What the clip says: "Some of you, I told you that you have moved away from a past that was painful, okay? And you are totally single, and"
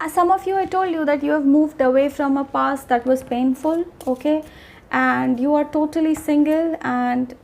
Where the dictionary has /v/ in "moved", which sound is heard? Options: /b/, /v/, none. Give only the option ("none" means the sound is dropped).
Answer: /v/